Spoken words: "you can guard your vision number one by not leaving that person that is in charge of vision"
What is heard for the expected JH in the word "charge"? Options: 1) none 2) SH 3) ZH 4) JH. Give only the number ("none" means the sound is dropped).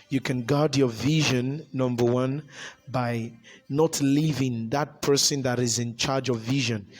4